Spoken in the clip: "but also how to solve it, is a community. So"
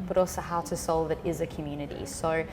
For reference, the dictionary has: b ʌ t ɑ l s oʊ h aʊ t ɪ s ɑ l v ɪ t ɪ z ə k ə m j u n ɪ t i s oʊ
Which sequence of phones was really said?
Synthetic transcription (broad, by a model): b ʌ t ɑ l s oʊ h aʊ t ɪ s ɑ l v ɪ t ɪ z ə k ə m j u n ɪ t i s oʊ